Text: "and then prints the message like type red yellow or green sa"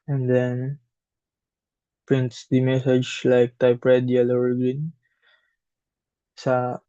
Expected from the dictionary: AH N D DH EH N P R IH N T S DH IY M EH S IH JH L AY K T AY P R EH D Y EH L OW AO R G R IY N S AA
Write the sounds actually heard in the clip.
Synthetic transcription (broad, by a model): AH N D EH N P R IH N T S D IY M EH S IH JH L AY K T AY P R EH D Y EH L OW AO R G IY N S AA